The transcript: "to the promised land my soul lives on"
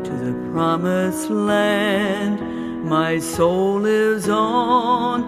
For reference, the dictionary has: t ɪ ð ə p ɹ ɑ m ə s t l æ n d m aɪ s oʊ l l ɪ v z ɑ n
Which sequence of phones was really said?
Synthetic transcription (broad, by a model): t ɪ ð ə p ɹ ɑ m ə s l æ n d m aɪ s oʊ l l ɪ v z n